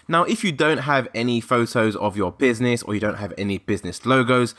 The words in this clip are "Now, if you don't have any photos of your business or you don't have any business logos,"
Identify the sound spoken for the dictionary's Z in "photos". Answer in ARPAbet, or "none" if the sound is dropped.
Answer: Z